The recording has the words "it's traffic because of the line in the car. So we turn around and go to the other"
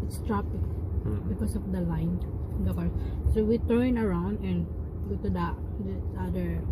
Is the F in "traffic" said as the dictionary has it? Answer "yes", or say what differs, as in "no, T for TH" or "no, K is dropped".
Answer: no, P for F